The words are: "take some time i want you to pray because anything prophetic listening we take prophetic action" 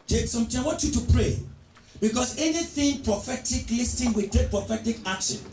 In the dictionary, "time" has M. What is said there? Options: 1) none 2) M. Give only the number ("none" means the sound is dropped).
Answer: 1